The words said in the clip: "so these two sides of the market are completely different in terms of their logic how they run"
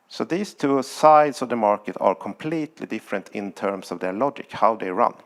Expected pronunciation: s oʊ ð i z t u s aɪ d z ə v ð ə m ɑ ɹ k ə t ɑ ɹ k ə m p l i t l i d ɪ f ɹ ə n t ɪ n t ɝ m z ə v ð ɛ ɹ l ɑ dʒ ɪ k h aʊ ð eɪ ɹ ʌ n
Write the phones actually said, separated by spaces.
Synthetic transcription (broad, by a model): s oʊ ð i s t u s aɪ d s ə v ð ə m ɑ ɹ k ə t ɑ ɹ k ə m p l i t l i d ɪ f ɹ ə n t ɪ n t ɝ m s ə v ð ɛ ɹ l ɑ dʒ ɪ k h aʊ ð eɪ ɹ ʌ n